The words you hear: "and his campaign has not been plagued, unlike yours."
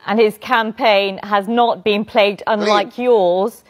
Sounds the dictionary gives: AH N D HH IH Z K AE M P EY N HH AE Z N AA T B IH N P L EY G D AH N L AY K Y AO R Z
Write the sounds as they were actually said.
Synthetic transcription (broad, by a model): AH N IH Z K AE M P EY N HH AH Z N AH T B IH N P L EY G D AH N L AY K Y AO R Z